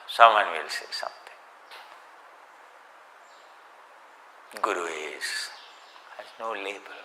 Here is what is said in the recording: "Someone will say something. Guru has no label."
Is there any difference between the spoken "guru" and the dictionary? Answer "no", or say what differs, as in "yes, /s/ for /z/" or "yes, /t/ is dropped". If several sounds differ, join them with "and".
yes, /w/ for /ɹ/